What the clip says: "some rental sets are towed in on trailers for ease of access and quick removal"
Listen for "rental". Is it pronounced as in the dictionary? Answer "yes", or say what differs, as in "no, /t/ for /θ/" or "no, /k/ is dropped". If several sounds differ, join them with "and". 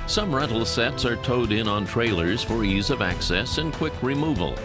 no, /n/ is dropped